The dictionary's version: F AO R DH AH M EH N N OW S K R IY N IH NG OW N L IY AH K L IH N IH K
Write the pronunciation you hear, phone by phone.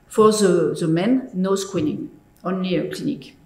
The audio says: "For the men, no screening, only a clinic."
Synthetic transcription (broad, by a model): F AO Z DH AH M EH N N OW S K W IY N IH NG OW N L IY AH K L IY N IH K